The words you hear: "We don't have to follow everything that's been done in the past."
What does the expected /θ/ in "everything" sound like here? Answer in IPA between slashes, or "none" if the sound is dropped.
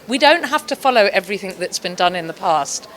/θ/